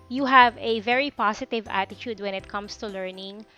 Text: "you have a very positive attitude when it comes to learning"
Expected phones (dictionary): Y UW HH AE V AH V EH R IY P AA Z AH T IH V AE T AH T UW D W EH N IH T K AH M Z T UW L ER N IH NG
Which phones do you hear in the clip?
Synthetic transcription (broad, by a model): Y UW HH AE V AH V EH R IY P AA S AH T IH V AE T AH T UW D W EH N IH T K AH M S T UW L ER N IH NG